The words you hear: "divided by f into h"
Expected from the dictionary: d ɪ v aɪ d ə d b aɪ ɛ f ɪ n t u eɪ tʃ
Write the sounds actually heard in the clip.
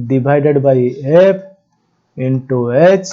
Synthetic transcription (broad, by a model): d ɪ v aɪ d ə d b aɪ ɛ p ɪ n t u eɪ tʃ